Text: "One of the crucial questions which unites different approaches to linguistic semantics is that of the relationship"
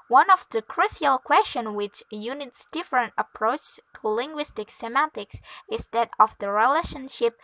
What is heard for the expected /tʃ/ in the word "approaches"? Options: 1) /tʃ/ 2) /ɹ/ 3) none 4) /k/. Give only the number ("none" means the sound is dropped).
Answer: 3